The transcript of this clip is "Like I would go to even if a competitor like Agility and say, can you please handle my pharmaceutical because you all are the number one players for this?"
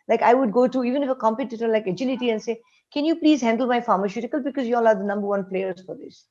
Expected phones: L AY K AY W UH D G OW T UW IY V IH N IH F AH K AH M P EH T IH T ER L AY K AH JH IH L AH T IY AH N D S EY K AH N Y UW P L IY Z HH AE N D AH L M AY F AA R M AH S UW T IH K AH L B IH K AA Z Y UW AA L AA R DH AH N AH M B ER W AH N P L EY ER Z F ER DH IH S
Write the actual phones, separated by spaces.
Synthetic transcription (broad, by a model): L AY K AY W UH D G OW T UW IY V IH N IH F AH K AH M P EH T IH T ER L AY K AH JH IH L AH T IY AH N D S EY K AH N Y UW P L IY Z HH AE N D AH L M AY F AA R M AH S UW T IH K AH L B IH K AA Z Y UW AA L AA R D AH N AH M B ER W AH N P L EY ER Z F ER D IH S